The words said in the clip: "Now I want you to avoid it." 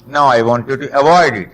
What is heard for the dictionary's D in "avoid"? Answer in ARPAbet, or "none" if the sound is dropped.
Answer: D